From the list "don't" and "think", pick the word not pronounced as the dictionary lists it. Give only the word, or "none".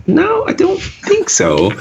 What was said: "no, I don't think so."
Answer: none